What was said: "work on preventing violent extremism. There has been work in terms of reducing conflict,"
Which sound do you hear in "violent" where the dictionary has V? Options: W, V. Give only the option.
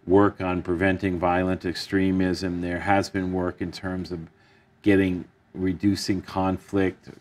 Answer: V